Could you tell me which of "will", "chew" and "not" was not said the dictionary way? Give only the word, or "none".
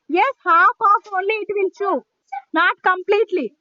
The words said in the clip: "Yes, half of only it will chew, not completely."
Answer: will